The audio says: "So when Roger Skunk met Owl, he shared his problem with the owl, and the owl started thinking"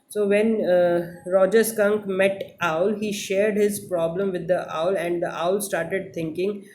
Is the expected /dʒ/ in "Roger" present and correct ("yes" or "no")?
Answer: yes